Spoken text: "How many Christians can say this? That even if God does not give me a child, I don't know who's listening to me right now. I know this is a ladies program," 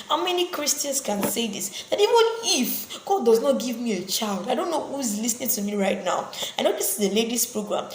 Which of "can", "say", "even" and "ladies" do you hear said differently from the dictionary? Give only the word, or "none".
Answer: ladies